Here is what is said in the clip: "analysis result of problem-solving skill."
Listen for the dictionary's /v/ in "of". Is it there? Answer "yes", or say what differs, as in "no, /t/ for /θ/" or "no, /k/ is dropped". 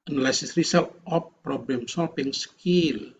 no, /p/ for /v/